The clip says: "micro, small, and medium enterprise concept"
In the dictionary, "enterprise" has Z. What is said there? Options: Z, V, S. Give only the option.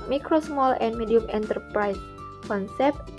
S